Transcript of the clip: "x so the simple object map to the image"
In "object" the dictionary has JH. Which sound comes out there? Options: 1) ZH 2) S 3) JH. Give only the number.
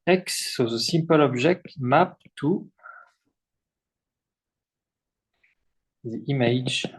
1